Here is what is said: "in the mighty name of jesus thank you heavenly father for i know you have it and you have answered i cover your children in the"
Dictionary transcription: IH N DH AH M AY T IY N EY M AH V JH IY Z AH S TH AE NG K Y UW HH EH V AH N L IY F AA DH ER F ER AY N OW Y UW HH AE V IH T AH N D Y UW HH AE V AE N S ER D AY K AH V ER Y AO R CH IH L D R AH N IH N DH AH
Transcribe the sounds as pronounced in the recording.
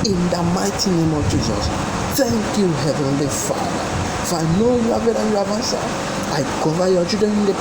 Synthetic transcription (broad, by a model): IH N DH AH M AY T IY N EY M AH V JH IY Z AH S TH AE NG K Y UW HH EH V AH N L IY F AA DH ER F AY N OW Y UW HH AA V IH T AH Y UW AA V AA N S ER AY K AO V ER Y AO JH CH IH D AH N IH N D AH